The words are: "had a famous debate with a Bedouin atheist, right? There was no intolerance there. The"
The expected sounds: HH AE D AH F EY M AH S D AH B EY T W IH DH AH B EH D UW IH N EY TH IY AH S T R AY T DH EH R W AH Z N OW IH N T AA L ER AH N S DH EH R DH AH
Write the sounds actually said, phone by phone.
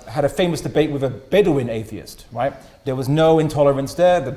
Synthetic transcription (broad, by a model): HH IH D AH F EY M AH S D AH B EY T W IH DH AH B EH D UW IH N EY TH IY AH S T R AY T DH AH R W AH Z N OW IH N T AA L ER AH N S DH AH R DH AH